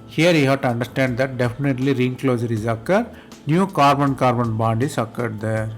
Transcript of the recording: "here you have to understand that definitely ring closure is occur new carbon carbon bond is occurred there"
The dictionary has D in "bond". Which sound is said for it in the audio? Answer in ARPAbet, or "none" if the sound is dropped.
D